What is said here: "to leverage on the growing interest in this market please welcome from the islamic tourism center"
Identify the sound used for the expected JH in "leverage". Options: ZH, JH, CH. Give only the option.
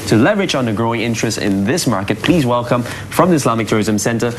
CH